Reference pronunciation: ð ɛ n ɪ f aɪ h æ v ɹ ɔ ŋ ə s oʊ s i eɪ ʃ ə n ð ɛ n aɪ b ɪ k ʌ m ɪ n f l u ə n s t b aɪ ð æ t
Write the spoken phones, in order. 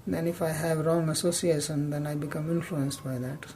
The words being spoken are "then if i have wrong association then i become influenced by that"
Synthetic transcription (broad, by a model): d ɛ n ɪ f aɪ h æ v ɹ ɔ ŋ ə s oʊ s i eɪ ʃ ə n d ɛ n aɪ b ɪ k ʌ m ɪ n f l u ə n s t b aɪ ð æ t